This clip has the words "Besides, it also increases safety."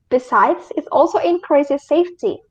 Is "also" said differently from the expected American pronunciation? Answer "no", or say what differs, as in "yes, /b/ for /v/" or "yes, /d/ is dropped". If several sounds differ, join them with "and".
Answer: no